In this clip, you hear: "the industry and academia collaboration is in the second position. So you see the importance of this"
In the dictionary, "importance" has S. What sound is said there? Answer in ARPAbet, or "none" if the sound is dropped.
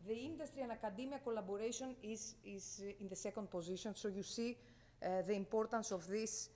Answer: S